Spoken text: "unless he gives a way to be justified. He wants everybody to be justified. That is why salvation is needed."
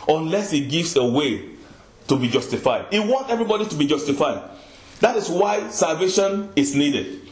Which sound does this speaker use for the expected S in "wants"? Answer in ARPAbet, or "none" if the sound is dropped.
none